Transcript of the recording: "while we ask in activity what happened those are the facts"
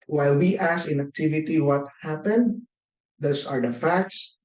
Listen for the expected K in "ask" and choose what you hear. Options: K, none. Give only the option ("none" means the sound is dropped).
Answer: none